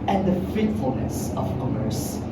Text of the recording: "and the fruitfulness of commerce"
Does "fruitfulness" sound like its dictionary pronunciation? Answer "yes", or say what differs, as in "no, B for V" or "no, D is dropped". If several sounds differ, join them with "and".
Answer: no, R is dropped